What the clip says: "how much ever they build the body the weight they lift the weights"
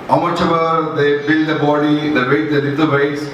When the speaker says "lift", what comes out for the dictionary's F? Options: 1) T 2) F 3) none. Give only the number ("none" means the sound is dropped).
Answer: 3